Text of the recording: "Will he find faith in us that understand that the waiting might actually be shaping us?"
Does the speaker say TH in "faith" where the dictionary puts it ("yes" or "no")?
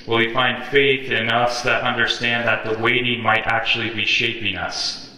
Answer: yes